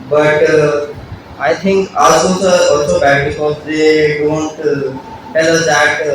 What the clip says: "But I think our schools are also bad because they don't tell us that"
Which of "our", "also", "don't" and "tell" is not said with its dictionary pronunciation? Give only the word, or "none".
our